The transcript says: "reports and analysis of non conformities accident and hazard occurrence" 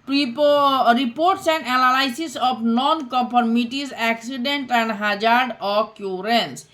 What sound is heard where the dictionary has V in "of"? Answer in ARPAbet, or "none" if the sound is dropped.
P